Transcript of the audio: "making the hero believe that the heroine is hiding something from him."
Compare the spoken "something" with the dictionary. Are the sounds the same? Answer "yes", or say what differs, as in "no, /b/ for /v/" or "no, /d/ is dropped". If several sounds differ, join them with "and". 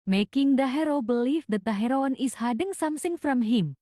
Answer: no, /s/ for /θ/